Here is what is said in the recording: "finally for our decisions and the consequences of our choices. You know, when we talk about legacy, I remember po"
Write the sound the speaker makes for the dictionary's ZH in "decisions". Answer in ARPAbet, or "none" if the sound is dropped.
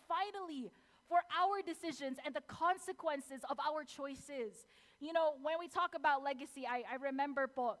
ZH